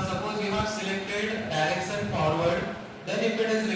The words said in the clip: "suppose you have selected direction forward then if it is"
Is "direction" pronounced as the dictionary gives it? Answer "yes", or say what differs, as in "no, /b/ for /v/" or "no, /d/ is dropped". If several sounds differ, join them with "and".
no, /s/ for /ʃ/